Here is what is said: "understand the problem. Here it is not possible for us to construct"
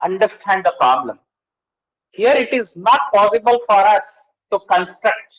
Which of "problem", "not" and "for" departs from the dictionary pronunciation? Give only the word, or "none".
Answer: none